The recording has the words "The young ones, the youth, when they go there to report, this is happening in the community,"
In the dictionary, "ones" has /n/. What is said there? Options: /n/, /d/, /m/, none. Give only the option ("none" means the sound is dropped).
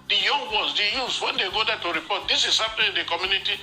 none